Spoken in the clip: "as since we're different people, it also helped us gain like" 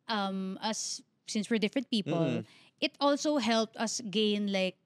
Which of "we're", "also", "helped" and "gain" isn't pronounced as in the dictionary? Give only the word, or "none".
none